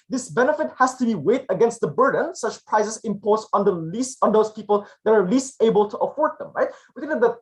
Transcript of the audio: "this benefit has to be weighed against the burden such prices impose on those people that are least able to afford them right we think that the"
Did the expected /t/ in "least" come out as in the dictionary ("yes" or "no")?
yes